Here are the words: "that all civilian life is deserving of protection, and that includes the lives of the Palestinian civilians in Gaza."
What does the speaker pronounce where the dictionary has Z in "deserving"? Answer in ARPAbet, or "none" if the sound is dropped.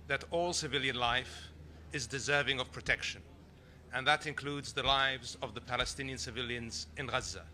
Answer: Z